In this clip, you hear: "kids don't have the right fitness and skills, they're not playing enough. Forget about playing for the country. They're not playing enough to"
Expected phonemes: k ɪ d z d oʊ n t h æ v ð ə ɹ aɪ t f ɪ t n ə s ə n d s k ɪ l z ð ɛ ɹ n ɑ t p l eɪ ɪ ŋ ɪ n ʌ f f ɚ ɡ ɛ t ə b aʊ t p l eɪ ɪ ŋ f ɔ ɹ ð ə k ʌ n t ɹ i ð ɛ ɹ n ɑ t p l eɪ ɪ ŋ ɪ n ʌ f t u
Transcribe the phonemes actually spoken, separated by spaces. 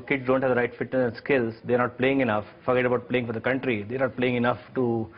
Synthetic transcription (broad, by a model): k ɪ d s d oʊ n t h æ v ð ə ɹ aɪ t f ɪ t ə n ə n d s k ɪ l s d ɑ ɹ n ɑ t p l eɪ ɪ ŋ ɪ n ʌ f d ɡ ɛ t ə b aʊ t p l eɪ ɪ ŋ f ɔ ɹ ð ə k ʌ n t ɹ i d ɛ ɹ n ɑ t p l eɪ ɪ ŋ ɪ n ʌ f t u